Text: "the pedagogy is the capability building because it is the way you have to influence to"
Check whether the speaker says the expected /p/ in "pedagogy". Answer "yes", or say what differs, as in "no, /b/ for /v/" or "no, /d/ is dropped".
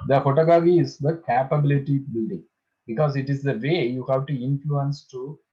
no, /f/ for /p/